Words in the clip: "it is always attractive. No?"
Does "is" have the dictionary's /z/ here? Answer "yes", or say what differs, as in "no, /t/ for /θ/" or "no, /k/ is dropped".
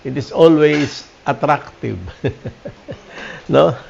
no, /s/ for /z/